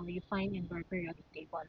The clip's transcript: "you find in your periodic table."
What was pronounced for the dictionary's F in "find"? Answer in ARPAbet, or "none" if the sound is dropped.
F